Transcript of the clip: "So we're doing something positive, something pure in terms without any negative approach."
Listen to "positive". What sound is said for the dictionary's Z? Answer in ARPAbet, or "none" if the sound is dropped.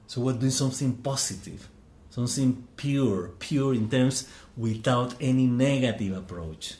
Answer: S